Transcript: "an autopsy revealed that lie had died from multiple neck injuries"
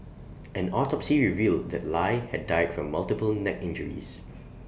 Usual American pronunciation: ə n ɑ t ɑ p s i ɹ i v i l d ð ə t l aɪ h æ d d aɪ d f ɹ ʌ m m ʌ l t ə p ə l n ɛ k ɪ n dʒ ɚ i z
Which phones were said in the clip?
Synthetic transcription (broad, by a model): ə n ɑ t ɑ p s i ɹ i v i l d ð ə t l aɪ h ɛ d d aɪ d f ɹ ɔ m m ʌ l t ə p ə l n ɛ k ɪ n dʒ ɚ i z